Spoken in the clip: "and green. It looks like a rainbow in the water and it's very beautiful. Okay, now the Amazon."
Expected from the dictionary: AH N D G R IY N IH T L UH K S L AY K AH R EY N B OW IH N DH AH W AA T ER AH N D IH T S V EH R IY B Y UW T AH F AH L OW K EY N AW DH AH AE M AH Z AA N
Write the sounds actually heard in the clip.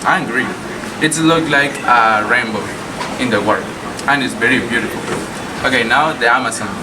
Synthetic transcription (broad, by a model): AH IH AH G R IY IH T L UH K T L AY K AH R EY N B OW IH N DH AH W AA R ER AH N IH T S V EH R IY B Y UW T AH F L OW K EY N AW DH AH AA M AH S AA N